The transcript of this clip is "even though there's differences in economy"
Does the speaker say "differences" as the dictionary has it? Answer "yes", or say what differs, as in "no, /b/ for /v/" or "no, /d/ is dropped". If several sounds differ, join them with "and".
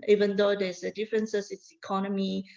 no, /s/ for /z/